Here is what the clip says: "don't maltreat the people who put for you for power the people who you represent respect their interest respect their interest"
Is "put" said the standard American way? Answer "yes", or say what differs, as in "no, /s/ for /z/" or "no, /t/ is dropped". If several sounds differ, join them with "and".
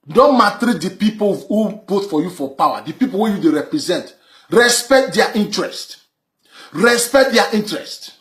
no, /b/ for /p/